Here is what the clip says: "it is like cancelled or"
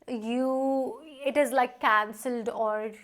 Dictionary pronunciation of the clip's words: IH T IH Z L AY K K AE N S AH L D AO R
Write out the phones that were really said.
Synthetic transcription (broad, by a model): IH T IH Z L AY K K AE N S AH L D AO R